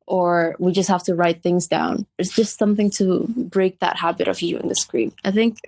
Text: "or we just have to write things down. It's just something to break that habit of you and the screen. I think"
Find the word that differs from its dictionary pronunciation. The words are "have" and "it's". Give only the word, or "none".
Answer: have